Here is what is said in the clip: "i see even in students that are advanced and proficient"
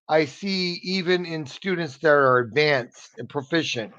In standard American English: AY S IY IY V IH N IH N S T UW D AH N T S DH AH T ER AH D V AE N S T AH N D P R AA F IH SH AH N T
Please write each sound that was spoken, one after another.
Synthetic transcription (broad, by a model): AY S IY IY V IH N IH N S T UW D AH N T S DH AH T ER AH D V AE N S T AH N P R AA F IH SH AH N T